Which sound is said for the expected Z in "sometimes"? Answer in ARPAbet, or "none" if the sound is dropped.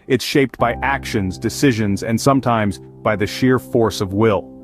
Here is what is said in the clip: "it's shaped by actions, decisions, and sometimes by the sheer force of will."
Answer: Z